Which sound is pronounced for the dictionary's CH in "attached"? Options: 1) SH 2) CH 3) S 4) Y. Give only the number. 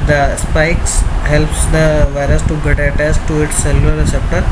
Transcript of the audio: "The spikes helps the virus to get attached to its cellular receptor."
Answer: 3